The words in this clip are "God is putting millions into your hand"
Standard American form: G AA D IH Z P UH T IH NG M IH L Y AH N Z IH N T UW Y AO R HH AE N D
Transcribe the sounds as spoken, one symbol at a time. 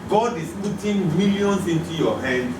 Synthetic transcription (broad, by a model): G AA D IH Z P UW T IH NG M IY L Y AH N S IH N T UW Y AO HH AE N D